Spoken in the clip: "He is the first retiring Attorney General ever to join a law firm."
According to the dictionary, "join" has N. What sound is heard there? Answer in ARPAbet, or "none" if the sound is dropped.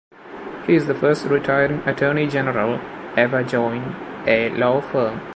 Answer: N